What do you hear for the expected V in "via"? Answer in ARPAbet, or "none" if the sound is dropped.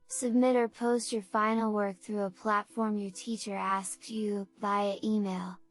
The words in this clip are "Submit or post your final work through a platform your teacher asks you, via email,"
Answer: B